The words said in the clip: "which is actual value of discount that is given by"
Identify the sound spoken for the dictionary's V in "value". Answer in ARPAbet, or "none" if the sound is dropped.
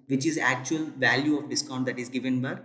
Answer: V